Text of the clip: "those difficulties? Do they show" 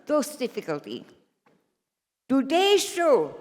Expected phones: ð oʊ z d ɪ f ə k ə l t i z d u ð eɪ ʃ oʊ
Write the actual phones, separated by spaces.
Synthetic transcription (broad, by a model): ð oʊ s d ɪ f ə k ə l t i d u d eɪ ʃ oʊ